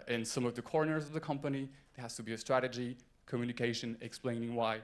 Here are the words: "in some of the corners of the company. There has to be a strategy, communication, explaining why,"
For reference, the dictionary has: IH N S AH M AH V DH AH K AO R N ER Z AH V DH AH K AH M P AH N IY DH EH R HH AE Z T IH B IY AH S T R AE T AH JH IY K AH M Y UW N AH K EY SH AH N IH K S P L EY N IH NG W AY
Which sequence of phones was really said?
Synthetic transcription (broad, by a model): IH N S AH M AH V DH AH K AO R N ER Z AH V DH AH K AH M P AH N IY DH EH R HH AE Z T IH B IY AH S T R AE T AH JH IY K AH M Y UW N AH K EY SH AH N IH K S P L EY N IH NG W AY